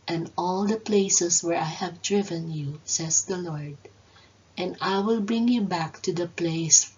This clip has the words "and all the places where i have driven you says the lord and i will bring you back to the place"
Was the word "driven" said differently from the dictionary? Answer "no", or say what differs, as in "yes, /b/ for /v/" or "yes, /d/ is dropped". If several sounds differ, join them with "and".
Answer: no